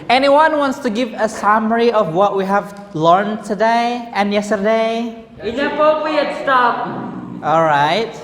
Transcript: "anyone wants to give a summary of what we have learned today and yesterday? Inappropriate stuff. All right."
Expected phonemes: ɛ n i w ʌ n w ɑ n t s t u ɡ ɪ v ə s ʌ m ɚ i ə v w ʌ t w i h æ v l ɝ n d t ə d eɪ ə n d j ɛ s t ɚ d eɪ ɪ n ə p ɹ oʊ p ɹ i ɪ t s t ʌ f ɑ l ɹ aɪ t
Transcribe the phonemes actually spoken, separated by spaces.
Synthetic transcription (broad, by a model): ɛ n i w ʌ n w ɑ n t s t u ɡ ɪ v ə s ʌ m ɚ i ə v w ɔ t w i h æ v l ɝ n t ə d eɪ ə n j ɛ s t ɚ d eɪ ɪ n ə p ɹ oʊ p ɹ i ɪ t s t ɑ p ɑ l ɹ aɪ t